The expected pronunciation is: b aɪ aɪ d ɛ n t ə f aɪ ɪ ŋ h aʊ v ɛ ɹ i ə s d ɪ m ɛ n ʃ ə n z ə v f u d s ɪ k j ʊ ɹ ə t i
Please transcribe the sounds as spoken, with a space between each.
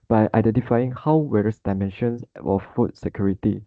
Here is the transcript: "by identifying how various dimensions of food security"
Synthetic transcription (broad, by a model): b aɪ aɪ d ɛ n t ə f aɪ ɪ ŋ h aʊ w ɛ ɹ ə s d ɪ m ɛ n ʃ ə n s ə f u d s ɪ k j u ɹ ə t i